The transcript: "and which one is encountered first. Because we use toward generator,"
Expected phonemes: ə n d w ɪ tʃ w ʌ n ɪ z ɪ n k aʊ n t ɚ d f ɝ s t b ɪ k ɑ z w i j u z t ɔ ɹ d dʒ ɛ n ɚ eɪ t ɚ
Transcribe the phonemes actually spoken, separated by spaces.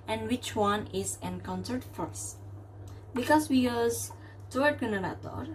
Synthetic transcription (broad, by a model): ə n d w ɪ tʃ w ʌ n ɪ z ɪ n k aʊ n s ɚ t f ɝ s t b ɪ k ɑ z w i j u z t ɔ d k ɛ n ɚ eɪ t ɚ